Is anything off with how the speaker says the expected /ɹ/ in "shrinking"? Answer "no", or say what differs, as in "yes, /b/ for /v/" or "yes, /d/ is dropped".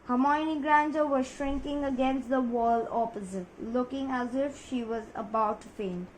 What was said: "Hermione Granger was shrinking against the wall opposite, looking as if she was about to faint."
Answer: no